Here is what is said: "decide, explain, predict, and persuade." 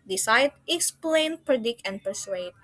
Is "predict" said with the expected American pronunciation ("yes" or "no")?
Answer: no